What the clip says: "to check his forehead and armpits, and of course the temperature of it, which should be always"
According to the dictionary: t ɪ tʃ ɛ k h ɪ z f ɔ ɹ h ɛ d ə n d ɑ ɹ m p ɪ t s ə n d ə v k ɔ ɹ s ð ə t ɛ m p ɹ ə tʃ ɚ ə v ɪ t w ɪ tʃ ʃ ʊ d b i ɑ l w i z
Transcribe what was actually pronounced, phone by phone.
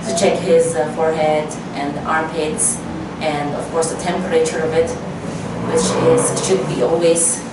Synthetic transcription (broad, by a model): t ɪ tʃ ɛ k h ɪ z f ɔ ɹ h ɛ d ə n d ɑ ɹ m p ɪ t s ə n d ə v k ɔ ɹ s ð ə t ɛ m p ɹ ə tʃ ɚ ə v ɪ t w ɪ tʃ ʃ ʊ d b i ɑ l w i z